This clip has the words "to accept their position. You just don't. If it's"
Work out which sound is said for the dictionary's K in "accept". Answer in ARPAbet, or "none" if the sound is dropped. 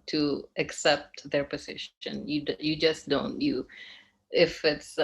K